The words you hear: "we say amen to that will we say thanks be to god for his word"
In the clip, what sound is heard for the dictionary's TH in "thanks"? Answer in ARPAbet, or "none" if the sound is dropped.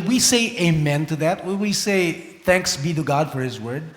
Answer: TH